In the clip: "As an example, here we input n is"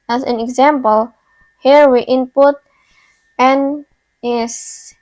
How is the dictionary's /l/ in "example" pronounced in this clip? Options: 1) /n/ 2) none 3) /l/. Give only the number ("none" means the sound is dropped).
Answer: 3